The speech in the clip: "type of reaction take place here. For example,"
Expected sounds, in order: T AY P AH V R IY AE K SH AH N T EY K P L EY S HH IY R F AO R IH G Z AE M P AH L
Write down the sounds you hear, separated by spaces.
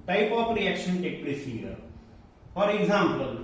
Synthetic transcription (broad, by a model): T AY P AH P R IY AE K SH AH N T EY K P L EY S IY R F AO R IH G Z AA M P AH L